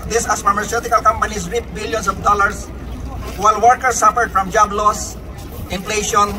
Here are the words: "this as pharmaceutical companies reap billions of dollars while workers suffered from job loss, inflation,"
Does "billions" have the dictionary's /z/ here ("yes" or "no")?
no